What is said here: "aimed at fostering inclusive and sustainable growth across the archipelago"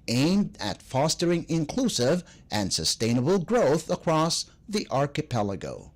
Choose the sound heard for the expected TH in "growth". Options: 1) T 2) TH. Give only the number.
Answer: 2